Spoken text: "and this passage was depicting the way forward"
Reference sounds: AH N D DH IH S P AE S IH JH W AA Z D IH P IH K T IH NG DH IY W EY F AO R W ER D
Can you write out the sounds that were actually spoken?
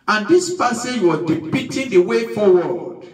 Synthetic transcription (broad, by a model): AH N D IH S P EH S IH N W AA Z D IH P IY T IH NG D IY W EY F AO W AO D